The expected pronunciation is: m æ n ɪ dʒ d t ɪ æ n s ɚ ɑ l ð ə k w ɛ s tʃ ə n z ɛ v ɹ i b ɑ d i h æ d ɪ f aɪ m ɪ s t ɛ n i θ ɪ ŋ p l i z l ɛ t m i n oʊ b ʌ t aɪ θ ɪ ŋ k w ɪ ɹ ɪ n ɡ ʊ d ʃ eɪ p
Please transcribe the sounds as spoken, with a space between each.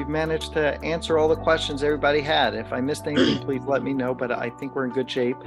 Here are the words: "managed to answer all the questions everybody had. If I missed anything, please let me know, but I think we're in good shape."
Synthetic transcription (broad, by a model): m æ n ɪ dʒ t ɪ æ n s ɚ ɑ l ð ə k w ɛ s tʃ ə n z ɛ v ɹ i b ɑ d i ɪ d ɪ f aɪ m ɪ s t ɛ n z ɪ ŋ p l i z l ɛ t m i n oʊ b ʌ t aɪ θ ɪ ŋ k w ɪ ɹ ɪ n ɡ ʊ d ʃ eɪ p